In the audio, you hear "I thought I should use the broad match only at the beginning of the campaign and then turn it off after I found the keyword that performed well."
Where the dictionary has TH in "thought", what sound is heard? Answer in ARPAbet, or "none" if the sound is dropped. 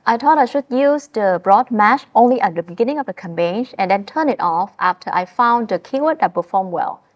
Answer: T